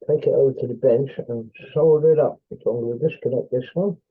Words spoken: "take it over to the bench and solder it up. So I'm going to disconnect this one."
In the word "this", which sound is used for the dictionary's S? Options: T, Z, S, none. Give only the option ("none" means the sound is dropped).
S